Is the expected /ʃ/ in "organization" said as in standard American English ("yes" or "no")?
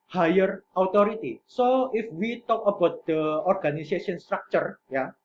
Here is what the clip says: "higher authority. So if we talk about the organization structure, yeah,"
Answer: no